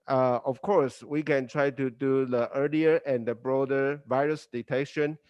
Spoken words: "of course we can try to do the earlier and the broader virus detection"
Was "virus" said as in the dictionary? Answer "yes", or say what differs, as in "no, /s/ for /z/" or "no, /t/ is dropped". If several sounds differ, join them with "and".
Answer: yes